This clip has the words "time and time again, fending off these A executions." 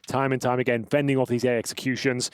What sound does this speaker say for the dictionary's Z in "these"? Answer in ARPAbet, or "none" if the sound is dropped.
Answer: Z